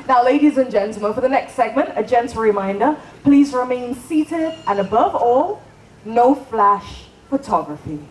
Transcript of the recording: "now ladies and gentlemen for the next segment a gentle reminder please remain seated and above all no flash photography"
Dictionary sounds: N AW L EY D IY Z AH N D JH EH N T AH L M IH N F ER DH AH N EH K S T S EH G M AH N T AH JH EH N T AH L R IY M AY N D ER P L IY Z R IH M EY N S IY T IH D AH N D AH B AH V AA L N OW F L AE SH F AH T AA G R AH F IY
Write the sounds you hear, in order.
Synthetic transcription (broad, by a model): N AW L EY D IY Z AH N JH EH N T L M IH N F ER DH AH N EH K S T S EH G M AH N T AH JH EH N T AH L R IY M AY N D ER P L IY Z R IH M EY N S IY T IH D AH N AH B AH V AA L N OW F L AE SH F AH T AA G R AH F IY